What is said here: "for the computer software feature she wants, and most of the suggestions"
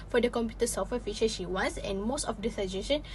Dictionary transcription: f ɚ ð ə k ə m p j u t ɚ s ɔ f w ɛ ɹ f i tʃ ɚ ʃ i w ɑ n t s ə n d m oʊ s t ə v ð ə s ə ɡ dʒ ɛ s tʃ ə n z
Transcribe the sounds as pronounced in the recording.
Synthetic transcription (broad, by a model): f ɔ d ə k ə m p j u t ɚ s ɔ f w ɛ f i ʃ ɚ ʃ i w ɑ n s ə n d m oʊ s t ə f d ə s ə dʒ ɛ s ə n